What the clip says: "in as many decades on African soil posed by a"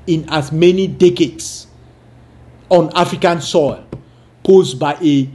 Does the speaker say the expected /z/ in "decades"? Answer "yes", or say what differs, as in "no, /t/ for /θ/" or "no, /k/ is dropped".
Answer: no, /s/ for /z/